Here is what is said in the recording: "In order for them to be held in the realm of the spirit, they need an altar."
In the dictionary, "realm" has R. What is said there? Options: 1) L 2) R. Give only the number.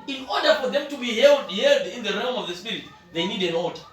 2